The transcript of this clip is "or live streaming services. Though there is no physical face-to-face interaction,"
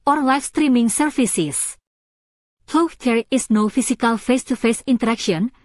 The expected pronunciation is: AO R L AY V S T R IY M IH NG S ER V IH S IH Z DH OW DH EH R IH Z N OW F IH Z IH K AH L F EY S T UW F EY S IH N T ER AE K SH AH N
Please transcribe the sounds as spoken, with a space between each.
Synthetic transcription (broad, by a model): AO R L AY F S T R IY M IH NG S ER F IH S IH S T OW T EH R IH S N OW F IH S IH K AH L F EY S T UW F EY S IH N T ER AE K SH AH N